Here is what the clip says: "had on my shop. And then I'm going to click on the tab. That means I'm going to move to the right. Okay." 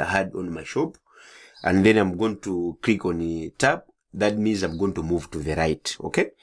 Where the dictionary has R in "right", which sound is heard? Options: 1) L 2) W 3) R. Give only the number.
3